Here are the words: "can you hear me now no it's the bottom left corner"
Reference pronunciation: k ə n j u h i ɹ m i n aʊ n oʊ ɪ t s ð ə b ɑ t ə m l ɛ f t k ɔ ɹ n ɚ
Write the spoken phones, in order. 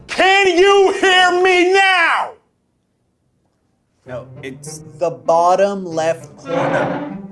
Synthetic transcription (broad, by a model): k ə n j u h i ɹ m i n aʊ n oʊ ɪ t s ð ə b ɑ t ə m l ɛ f t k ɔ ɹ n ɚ